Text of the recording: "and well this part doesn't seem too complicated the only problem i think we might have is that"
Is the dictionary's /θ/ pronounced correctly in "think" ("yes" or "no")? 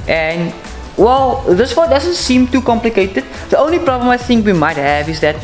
yes